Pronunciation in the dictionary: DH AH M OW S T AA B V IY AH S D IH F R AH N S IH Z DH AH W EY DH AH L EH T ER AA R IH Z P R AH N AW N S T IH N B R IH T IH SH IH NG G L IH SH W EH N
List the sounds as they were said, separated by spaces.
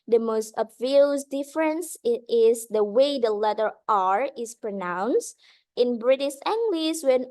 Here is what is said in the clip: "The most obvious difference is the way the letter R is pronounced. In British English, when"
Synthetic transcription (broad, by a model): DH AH M OW S T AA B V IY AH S D IH F R AH N S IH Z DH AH W EY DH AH L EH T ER AA R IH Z P R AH N AW N S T IH N B R IH T IH SH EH NG G L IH S W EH N